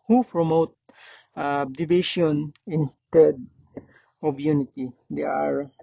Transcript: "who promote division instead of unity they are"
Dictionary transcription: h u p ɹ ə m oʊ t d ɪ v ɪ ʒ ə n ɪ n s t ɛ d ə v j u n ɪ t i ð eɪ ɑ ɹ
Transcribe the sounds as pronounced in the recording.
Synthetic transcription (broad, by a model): h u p ɹ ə m oʊ t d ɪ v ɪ ʃ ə n ɪ n s t ɛ d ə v j u n ɪ t i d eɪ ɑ ɹ